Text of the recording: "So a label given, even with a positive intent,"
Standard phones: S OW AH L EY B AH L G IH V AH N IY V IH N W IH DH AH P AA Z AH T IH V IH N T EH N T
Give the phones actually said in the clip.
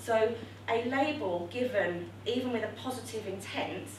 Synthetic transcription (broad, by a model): S OW AH L EY B AH L G IH V AH N IY V IH N W IH DH AH P AA Z AH T IH V IH N T EH N T